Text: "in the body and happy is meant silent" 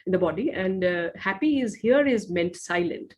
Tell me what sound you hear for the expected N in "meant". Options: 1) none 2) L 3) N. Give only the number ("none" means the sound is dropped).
3